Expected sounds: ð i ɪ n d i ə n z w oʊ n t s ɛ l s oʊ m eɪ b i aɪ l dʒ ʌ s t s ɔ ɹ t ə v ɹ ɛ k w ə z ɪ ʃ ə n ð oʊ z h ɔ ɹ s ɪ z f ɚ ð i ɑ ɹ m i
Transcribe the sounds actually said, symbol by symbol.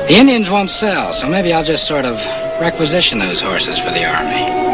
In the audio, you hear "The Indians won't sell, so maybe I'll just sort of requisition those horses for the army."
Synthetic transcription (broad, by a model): ð i ɪ n d i ə n z w oʊ n t s ɛ l s oʊ m eɪ b i aɪ l dʒ ʌ s t s ɔ ɹ t ə v ɹ ɛ k w ə z ɪ ʃ ə n ð oʊ z h ɔ ɹ s ɪ z f ɚ ð i ɑ ɹ m i